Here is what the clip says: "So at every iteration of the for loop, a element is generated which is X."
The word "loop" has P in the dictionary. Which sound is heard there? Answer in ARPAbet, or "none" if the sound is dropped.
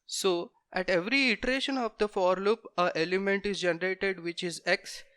P